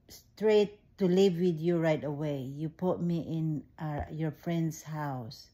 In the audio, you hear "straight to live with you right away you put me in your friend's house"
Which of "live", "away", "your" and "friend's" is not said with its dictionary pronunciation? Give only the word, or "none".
friend's